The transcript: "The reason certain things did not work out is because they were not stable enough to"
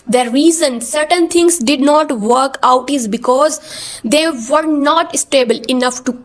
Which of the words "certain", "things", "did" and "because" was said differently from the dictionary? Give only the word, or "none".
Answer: things